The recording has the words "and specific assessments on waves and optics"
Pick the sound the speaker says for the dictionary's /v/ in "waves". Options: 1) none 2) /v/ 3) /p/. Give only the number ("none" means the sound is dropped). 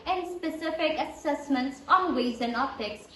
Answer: 1